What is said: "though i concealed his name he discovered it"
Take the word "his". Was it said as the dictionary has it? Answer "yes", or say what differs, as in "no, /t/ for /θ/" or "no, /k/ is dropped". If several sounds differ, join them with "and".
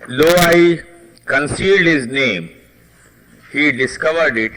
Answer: yes